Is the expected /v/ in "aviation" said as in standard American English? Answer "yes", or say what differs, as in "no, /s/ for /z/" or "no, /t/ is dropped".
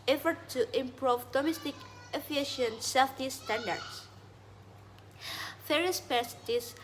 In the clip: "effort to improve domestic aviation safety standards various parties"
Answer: no, /f/ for /v/